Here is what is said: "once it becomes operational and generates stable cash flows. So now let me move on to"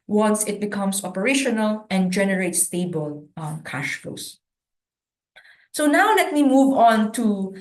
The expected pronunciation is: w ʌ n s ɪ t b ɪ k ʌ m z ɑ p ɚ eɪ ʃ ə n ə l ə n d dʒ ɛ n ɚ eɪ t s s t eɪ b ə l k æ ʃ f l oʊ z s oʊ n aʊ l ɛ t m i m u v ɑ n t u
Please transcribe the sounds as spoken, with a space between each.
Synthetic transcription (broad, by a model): w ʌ n s ɪ t b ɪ k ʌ m s ɑ p ɚ eɪ ʃ ə n ə l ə n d dʒ ɛ n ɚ eɪ t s s t eɪ b ə l k æ ʃ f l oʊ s s oʊ n aʊ l ɛ t m i m u v ɑ n t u